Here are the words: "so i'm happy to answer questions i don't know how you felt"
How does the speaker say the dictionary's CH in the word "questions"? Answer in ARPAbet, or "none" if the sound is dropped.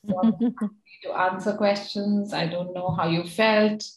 CH